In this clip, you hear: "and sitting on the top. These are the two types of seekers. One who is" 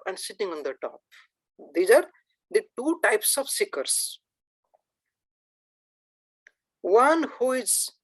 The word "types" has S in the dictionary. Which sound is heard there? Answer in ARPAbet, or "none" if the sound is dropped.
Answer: S